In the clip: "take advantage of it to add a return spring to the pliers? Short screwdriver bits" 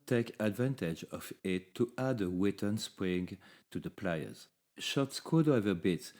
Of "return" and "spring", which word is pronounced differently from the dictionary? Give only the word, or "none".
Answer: return